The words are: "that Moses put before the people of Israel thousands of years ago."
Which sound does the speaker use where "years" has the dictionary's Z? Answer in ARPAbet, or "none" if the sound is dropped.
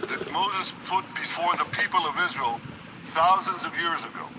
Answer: Z